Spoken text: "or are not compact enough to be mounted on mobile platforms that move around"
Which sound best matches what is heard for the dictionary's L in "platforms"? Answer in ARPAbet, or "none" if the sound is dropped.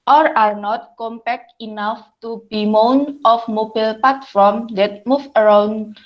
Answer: none